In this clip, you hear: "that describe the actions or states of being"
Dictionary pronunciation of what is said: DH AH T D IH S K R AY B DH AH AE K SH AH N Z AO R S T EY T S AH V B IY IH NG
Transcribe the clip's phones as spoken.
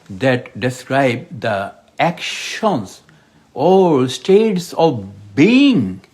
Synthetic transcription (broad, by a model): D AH T D IH S K R AY B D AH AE K SH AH N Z AO L S T EY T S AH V B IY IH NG